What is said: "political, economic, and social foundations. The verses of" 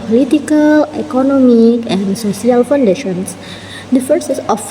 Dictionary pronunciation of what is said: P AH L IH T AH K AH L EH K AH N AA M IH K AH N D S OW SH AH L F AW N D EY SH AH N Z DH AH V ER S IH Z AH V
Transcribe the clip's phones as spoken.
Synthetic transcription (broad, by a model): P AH L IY T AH K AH L EH K AH N AA M IH K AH N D S OW S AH L F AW N D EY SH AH N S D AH F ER S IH S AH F